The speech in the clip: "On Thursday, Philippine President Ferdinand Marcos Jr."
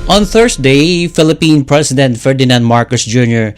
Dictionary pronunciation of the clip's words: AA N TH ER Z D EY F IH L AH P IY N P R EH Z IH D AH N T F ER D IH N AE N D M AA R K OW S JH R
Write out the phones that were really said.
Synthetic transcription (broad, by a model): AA N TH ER S D EY F IH L AH P IY N P R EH S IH D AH N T F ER D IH N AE N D M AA R K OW S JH R